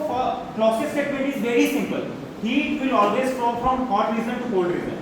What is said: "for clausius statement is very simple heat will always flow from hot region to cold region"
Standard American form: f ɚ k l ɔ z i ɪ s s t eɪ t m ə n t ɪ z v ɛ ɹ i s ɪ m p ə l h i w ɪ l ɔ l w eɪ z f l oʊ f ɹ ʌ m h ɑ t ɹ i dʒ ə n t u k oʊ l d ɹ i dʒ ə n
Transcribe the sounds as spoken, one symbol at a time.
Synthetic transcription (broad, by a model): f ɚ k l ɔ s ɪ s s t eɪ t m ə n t ɪ z v ɛ ɹ i s ɪ m p ə l h i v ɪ l ɔ l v eɪ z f oʊ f ɹ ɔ m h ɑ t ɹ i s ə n t u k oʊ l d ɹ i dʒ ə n